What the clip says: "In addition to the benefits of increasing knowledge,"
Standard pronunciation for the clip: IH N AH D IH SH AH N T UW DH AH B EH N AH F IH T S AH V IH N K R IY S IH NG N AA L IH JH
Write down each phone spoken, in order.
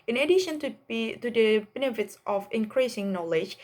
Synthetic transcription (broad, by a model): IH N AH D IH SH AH N T UW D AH B EH N AH F IH T S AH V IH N K R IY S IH NG N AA L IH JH